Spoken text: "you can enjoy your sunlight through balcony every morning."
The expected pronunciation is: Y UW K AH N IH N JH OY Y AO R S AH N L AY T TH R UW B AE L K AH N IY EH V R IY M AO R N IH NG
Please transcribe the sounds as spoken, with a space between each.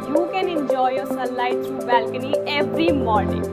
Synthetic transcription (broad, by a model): Y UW K AH N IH N JH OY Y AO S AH L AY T T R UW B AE L K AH N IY EH V R IY M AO R N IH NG